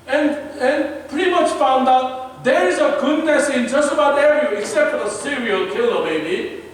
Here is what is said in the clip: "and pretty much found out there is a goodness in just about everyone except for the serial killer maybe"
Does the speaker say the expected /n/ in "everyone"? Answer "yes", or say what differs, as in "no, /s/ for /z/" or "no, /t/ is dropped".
no, /n/ is dropped